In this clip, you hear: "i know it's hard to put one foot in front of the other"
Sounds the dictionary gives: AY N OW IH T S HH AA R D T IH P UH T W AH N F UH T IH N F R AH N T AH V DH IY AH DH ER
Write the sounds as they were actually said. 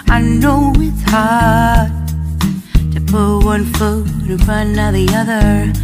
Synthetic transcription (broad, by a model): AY N OW IH T S HH AA R D T IH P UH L W AH N F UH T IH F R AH N AH DH IY AH DH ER